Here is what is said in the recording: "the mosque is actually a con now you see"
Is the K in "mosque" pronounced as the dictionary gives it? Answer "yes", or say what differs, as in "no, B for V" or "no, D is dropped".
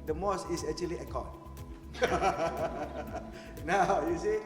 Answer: no, K is dropped